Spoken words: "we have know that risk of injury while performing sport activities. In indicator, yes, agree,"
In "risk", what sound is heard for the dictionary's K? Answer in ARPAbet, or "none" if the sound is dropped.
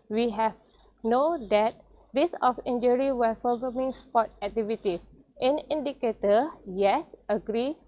none